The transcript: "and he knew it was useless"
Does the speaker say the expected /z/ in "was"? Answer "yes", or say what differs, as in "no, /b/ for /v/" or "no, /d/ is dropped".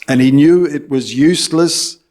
yes